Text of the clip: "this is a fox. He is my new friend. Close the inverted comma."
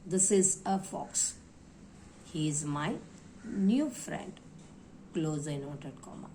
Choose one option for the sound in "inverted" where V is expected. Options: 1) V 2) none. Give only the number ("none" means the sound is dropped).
2